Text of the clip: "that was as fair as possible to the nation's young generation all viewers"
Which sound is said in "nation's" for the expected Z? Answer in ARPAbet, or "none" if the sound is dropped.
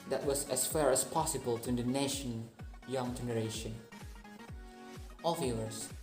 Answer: none